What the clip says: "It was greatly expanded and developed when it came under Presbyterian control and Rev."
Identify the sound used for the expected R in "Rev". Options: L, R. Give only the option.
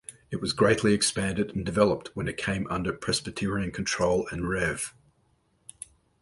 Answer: R